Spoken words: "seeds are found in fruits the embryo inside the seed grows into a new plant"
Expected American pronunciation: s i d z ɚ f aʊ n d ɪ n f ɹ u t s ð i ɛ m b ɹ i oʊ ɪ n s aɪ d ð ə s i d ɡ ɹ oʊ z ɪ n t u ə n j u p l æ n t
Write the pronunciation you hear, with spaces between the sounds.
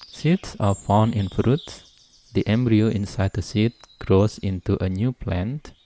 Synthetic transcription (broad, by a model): s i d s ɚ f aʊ n ɪ n f ɹ u t s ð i ɛ m b ɹ i oʊ ɪ n s aɪ d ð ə s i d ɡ ɹ oʊ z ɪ n t u ə n j u p l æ n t